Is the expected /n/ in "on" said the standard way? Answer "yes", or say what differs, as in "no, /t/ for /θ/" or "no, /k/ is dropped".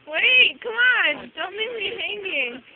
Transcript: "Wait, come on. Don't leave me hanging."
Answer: yes